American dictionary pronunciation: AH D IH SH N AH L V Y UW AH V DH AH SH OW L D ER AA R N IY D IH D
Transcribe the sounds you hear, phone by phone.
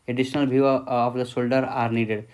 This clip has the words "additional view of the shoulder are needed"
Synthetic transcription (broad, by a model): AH D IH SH N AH L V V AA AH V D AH S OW L D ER AA R N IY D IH D